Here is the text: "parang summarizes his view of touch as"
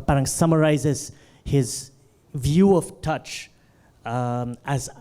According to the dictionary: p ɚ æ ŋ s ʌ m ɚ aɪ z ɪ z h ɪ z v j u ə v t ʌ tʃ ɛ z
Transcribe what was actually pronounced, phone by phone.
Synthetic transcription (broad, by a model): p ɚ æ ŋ s ʌ m ɚ aɪ z ɪ z h ɪ z v j u ə v t ʌ tʃ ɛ z